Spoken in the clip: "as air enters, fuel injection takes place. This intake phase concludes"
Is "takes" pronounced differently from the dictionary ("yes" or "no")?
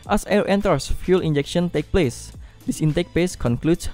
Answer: yes